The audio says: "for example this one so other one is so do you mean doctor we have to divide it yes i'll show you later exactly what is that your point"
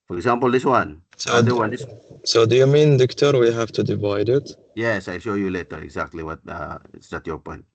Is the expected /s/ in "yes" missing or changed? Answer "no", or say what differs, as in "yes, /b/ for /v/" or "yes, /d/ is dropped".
no